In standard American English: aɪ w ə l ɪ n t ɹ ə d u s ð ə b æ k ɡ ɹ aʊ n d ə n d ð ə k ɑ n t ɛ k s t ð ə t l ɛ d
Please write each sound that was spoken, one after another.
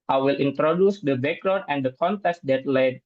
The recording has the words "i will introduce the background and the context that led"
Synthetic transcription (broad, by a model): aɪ w ə l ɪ n t ɹ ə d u s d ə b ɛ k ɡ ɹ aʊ d ə n d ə k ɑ n t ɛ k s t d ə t l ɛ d